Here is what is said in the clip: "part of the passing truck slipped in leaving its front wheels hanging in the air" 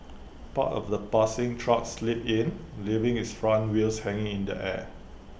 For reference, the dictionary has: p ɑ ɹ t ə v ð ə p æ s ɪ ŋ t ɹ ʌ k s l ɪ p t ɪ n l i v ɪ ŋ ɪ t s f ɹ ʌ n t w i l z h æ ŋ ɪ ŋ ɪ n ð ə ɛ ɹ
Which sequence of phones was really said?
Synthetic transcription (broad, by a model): p ɑ t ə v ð ə p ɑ s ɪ ŋ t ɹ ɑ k s l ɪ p ɪ n l i v ɪ ŋ ɪ t s f ɹ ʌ n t w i l s h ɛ ŋ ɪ ŋ ɪ n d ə ɛ